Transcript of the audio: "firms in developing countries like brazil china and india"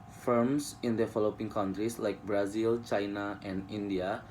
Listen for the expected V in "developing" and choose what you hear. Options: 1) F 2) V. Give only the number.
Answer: 1